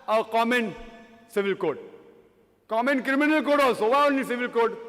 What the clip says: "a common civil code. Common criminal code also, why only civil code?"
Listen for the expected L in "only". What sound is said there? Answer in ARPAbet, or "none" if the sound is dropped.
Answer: none